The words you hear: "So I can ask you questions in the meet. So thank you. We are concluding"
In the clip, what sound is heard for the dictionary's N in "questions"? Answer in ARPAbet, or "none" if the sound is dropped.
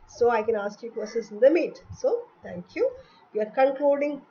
none